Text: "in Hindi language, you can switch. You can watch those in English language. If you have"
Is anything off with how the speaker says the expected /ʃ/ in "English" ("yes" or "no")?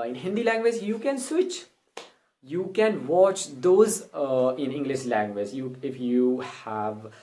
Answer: no